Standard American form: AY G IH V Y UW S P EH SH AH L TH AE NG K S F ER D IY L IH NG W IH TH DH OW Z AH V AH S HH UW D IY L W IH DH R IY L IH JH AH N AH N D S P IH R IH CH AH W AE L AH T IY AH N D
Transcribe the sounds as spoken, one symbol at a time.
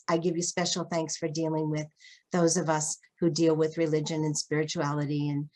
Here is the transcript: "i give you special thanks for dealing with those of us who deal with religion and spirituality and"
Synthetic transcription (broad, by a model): AY G IH V Y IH S P EH SH L TH AE NG K S F ER D IY L IH NG W IH DH OW Z AH V AH S HH UW D IY L W IH DH R IY L IH JH AH N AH N S P IH R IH CH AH AE L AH T IY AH N